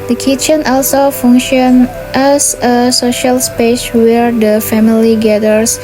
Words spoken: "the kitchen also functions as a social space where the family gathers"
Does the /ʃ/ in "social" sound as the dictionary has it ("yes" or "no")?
yes